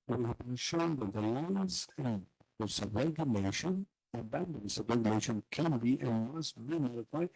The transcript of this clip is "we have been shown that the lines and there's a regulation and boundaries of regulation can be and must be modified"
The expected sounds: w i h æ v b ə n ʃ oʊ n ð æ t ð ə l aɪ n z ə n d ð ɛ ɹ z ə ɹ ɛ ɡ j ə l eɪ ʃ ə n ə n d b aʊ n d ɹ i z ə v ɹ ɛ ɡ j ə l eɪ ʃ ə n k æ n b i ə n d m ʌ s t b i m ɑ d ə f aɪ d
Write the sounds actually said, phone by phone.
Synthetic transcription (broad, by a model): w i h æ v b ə ʃ oʊ n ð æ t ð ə l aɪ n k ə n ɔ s ə ɹ ɛ ɡ j ə l eɪ ʃ ə n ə b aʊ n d i s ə ɹ ɛ ɡ j ə l eɪ ʃ ə n k æ n b i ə n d m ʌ s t b i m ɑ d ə f aɪ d